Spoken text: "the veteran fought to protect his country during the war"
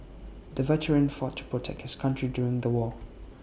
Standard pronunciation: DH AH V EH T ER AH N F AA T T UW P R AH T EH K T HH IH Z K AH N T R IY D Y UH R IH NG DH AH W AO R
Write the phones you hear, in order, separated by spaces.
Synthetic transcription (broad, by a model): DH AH V EH T ER AH N F AA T T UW P R AH T EH K T HH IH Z K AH N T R IY D Y UH R IH NG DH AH W AO